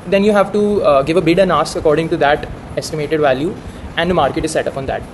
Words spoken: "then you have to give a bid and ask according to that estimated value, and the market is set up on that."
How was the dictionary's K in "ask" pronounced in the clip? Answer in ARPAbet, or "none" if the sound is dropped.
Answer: none